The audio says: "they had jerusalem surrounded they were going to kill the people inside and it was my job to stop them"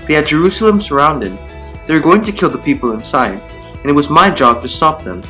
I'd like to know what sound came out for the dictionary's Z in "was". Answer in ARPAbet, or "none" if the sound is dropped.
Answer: Z